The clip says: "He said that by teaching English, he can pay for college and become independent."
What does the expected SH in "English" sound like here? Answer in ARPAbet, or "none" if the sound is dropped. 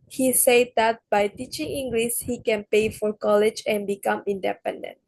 S